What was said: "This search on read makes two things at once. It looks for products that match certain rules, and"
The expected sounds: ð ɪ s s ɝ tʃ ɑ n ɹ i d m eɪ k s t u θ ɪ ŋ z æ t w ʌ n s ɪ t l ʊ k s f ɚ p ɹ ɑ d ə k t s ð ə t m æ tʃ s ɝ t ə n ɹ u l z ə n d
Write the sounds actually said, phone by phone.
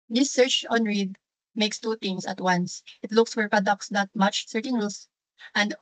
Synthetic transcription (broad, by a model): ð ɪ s s ɝ tʃ ɑ n ɹ i d m eɪ k s t u t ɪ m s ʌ t w ʌ n s ɪ t l ʊ k s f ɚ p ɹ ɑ d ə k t s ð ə t m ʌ tʃ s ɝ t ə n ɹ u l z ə n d